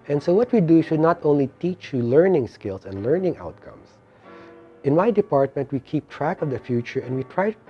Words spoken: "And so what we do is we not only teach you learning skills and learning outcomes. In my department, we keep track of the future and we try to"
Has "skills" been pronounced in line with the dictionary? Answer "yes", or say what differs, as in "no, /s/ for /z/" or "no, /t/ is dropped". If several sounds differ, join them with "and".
no, /s/ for /z/